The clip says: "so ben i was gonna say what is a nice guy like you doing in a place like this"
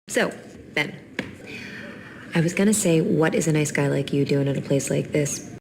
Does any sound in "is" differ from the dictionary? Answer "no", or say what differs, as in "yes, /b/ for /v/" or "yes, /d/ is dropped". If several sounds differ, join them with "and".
no